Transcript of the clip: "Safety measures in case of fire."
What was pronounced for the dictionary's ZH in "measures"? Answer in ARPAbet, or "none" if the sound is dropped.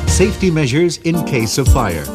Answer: ZH